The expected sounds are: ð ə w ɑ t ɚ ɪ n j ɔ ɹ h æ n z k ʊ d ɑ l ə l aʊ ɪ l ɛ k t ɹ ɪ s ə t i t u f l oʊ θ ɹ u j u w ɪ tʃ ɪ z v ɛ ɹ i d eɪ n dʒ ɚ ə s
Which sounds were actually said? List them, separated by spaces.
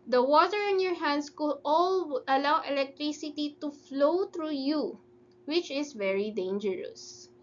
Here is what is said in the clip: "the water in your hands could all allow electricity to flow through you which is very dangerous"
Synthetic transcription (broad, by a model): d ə w ɑ t ɚ ɪ n j ɔ ɹ h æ n s k ʊ d ɑ l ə l aʊ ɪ l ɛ k t ɹ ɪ s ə t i t u f l oʊ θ ɹ u j u w ɪ tʃ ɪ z v ɛ ɹ i d eɪ n dʒ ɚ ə s